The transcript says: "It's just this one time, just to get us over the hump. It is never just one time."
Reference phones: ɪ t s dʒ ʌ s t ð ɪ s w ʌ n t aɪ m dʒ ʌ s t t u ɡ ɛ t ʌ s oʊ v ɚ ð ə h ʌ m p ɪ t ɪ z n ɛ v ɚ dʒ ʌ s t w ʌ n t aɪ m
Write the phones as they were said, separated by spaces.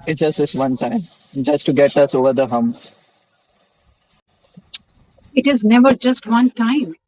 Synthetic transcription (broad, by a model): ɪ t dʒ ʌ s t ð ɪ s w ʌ n t aɪ m dʒ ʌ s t t u ɡ ɛ t ʌ s oʊ v ɚ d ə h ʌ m ɪ t ɪ z n ɛ v ɚ dʒ ʌ s t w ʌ n t aɪ m